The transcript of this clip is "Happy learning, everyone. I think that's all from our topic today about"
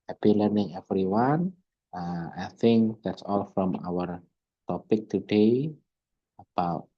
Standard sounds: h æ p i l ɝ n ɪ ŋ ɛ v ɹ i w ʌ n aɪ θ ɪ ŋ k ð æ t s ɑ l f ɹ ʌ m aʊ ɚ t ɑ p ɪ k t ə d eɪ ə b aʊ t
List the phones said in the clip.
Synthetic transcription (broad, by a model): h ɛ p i l ɝ n ɪ ŋ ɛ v ɹ i w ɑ n aɪ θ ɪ ŋ k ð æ t s ɑ l f ɹ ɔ m aʊ ɚ t ɑ p ɪ k t ə d eɪ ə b aʊ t